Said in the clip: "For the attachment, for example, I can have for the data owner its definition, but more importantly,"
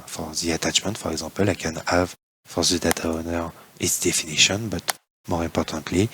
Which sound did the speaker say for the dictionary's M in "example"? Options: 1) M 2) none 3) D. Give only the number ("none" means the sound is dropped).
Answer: 2